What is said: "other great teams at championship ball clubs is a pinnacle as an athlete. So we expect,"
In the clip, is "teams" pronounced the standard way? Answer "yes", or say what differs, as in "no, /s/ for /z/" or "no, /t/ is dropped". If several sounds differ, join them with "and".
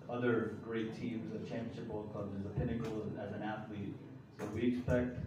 yes